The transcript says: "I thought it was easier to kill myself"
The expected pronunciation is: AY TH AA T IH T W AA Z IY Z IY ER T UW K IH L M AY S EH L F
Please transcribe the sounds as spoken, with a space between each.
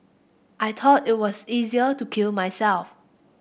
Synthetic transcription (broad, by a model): AY T AA T IH T W AA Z IY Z IY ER T UW K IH L M AY S EH L F